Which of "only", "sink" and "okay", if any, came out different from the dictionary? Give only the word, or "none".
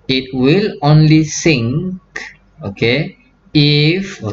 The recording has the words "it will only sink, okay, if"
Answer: none